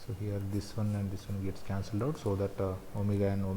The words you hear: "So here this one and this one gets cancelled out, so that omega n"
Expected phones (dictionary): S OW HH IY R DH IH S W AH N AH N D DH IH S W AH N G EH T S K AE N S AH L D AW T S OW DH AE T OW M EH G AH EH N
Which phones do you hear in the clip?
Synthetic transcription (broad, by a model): S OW HH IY R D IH S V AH N AH N D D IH S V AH N G EH T S K AE N S AH L D AW T S OW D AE T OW M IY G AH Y N